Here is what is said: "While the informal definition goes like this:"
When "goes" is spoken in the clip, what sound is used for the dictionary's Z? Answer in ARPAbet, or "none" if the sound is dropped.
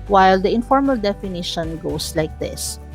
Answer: S